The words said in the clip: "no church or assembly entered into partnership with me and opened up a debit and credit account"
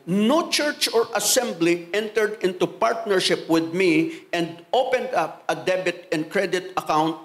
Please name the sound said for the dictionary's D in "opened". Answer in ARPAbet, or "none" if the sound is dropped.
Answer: D